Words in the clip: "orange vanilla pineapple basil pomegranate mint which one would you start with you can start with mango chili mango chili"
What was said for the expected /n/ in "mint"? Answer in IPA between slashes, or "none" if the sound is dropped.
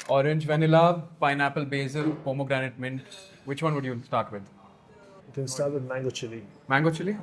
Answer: /n/